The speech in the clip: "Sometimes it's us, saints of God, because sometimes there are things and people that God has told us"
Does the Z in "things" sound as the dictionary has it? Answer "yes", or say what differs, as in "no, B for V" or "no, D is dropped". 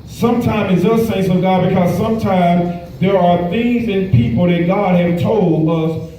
yes